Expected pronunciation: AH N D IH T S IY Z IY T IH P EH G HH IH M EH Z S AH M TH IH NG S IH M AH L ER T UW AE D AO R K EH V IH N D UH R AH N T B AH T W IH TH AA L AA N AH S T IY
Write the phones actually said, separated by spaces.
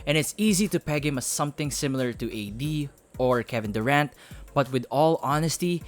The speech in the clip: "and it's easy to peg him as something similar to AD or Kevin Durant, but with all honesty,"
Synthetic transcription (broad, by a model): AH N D IH T S IY Z IY T IH P EH G HH IH M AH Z S AH M TH IH NG S IH M AH L ER T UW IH D AO R K EH V IH N D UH R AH N T B AH T W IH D AA L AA N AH S T IY